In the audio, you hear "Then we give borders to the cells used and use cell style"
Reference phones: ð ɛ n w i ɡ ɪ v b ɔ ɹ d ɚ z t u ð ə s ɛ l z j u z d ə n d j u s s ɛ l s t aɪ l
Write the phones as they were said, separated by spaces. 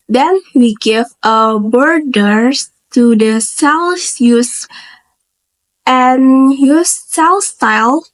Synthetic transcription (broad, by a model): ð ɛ n w i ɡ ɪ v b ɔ ɹ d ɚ t u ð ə s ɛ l s j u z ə n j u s s ɛ l s t aɪ l